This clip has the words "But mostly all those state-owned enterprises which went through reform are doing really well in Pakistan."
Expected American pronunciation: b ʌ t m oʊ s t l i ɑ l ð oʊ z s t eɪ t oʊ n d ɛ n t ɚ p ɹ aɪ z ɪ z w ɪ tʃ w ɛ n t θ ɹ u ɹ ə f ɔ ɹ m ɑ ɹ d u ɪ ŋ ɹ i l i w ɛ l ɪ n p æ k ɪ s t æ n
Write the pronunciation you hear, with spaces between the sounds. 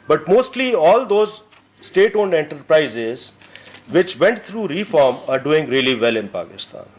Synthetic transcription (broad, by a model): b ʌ t m oʊ s t l i ɑ l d oʊ z s t eɪ t oʊ n d ɛ n t ɚ p ɹ aɪ z ɪ z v ɪ tʃ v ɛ n t t ɹ u ɹ ə f ɔ ɹ m ɑ ɹ d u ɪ ŋ ɹ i l i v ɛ l ɪ n p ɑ k ɪ s t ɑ n